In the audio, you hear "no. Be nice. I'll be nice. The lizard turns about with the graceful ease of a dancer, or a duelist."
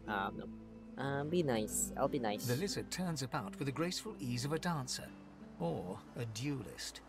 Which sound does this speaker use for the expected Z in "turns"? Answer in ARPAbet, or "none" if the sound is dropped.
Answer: Z